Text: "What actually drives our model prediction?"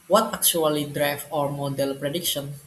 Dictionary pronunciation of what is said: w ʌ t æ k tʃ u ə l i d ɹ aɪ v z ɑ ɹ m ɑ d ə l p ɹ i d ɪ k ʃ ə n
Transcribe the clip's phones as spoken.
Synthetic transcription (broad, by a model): w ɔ t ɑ k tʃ u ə l i d ɹ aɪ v ɑ ɹ m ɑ d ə l p ɹ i d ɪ k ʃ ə n